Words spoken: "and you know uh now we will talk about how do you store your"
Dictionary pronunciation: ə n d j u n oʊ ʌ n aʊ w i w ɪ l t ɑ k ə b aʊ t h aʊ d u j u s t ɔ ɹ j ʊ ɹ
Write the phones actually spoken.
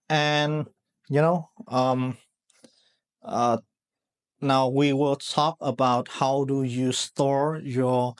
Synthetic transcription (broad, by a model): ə n j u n oʊ ʌ n aʊ w i w ɪ l t ɑ k ə b aʊ t h aʊ d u j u s t ɔ ɹ j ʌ ɹ